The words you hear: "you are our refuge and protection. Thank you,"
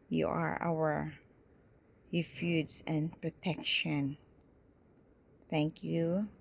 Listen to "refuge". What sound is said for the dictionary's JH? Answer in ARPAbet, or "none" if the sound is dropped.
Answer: Z